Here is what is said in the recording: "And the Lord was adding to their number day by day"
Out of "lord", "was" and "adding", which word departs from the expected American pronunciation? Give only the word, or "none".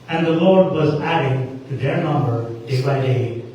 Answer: none